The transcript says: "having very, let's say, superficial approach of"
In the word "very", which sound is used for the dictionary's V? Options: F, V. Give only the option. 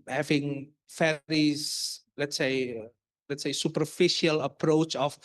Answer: F